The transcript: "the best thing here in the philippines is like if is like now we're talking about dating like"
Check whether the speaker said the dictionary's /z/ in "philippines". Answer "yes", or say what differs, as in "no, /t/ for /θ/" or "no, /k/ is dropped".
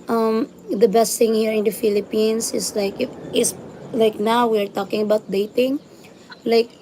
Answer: no, /s/ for /z/